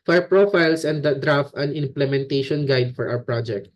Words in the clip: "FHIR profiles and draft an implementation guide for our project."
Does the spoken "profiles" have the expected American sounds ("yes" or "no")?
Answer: no